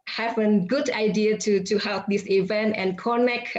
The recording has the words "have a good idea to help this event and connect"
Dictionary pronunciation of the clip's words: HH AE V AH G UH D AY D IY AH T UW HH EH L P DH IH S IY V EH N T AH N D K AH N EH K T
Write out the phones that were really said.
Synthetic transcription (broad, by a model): HH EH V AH G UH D AY D IY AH T UW HH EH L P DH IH S IY V EH N T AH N K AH N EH K